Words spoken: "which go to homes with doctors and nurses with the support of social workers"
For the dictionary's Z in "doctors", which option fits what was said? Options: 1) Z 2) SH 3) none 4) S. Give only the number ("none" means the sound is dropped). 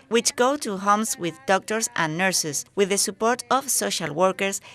4